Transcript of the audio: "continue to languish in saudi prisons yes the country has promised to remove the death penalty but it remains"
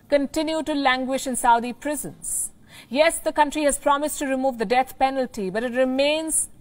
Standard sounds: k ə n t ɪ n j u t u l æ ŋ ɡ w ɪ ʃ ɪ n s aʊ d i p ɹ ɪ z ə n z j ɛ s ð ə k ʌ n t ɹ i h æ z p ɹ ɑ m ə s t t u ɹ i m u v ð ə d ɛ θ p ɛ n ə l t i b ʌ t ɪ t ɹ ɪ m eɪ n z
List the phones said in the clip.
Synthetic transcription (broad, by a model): k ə n t ɪ n j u t u l æ ŋ ɡ w ɪ ʃ ɪ n s aʊ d i p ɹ ɪ z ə n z j ɛ s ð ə k ʌ n t ɹ i h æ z p ɹ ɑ m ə s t t u ɹ i m u v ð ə d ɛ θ p ɛ n ə l t i b ʌ t ɪ t ɹ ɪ m eɪ n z